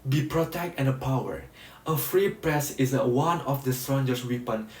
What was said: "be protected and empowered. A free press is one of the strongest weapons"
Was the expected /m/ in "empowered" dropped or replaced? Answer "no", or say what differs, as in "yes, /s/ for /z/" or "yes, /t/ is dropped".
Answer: yes, /m/ is dropped